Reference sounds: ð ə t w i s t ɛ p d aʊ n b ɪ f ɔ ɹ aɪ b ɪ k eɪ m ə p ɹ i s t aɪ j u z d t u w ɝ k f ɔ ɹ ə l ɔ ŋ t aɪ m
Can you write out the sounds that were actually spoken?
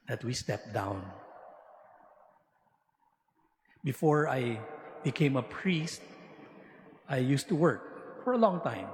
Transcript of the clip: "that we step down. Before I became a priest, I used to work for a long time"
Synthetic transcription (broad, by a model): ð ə t w i s t ɛ p d aʊ n b ɪ f ɔ ɹ aɪ b ɪ k eɪ m ə p ɹ i s t aɪ j u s t u w ɝ k f ɔ ɹ ə l ɔ ŋ t aɪ m